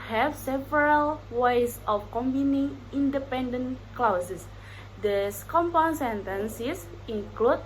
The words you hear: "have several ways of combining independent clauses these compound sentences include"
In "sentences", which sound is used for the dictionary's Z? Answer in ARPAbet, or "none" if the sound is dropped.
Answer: S